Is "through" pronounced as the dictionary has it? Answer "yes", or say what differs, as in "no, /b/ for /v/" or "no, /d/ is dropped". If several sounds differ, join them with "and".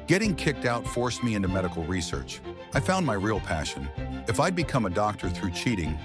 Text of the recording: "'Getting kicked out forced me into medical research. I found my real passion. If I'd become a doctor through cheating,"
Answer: yes